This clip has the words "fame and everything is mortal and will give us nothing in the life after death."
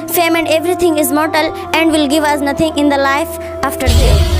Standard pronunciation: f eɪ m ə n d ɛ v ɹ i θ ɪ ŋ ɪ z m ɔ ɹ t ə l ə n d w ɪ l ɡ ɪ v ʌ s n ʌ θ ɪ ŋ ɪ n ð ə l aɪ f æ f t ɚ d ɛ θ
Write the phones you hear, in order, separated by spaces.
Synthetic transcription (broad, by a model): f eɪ m ə n d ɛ v ɹ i t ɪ ŋ ɪ z m ɔ ɹ t ə l ə n d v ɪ l ɡ ɪ v ʌ s n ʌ t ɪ ŋ ɪ n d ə l aɪ f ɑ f t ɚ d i